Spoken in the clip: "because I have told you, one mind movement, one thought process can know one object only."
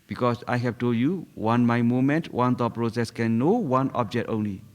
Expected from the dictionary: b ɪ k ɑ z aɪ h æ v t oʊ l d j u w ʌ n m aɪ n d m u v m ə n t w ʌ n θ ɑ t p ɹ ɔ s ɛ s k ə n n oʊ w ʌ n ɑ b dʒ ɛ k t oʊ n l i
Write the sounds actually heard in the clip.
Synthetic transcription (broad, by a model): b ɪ k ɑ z aɪ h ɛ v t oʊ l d j u w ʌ n m aɪ m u m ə n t w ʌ n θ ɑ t p ɹ ɔ s ɛ s k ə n n oʊ w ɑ n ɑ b dʒ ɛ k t oʊ n l i